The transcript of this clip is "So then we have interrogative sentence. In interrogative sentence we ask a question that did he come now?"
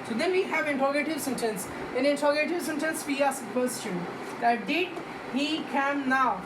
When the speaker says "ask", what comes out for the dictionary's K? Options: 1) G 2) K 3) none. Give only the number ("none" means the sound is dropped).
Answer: 3